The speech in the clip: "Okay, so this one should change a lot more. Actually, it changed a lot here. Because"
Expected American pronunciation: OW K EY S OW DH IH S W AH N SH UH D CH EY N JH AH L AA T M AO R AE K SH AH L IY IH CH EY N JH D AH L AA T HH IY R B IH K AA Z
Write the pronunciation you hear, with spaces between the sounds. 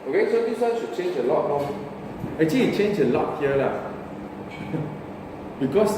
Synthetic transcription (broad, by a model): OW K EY S OW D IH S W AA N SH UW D CH EY N JH AH L AA T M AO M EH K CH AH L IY CH EY N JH AH L AA T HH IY L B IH K AA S